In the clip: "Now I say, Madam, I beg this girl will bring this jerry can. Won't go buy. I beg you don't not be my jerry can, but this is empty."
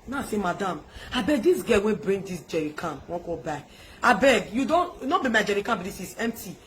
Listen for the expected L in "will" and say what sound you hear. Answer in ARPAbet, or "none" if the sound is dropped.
N